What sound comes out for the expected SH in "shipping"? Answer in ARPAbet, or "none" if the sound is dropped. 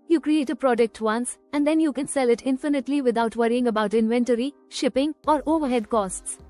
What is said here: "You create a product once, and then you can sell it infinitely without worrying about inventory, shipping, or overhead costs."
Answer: SH